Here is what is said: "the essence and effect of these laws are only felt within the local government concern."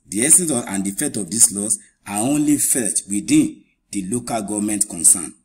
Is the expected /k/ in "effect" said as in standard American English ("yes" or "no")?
no